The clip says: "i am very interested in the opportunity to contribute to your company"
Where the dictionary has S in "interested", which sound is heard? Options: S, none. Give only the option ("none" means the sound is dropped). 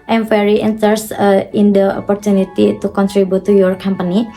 none